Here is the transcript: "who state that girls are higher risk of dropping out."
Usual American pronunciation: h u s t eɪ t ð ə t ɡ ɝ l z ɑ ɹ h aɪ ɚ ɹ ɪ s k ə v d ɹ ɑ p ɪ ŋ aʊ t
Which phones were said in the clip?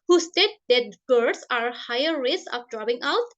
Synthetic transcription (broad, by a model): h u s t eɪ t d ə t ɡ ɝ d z ɑ ɹ h aɪ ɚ ɹ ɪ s ə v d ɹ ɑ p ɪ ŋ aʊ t